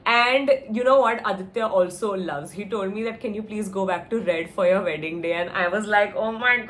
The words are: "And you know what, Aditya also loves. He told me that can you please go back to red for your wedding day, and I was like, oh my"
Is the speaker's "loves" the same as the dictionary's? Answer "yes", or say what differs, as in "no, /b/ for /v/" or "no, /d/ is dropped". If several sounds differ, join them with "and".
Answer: yes